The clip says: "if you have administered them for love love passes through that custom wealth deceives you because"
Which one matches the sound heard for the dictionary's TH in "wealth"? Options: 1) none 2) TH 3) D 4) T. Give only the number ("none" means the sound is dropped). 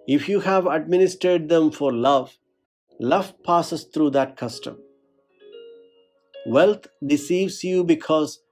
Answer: 4